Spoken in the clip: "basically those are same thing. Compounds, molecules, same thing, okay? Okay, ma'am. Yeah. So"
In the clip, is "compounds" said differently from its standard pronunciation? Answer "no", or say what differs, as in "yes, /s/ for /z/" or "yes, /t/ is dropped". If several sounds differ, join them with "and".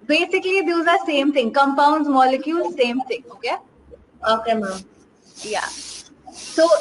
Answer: no